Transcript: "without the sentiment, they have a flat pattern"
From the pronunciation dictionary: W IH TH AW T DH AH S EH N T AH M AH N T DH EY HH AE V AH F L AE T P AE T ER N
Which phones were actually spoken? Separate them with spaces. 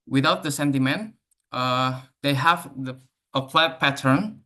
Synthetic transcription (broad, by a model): W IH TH AW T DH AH S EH N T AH M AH N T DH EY HH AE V AH P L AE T P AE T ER N